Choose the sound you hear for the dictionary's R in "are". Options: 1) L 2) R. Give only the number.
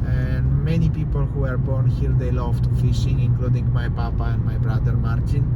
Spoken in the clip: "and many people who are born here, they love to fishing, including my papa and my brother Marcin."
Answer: 2